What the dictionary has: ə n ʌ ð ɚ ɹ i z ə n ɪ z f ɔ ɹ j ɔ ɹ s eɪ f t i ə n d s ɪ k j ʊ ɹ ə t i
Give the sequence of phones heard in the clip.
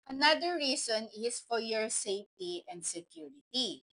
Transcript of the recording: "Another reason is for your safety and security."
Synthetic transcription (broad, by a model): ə n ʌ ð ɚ ɹ i s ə n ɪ s f ɔ ɹ j ɔ ɹ s eɪ f t i ə n d s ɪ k j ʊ ɹ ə t i